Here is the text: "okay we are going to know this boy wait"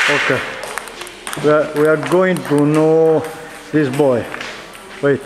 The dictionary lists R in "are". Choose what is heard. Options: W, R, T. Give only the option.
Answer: W